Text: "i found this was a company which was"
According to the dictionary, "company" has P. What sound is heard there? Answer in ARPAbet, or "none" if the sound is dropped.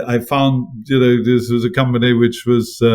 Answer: P